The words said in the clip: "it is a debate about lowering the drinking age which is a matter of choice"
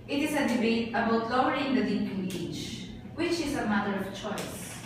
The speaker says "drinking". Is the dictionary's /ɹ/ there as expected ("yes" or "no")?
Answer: no